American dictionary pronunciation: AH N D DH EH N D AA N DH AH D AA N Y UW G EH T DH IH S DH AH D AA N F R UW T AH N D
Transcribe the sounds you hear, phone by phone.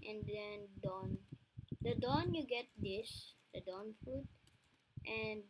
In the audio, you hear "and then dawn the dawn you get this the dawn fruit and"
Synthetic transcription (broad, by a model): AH N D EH N D AA N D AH D AA N Y UW G EH T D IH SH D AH D AA N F UW T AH N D